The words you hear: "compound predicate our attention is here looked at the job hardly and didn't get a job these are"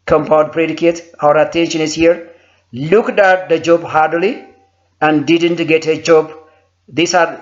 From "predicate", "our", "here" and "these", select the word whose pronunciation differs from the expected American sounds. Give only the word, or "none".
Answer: these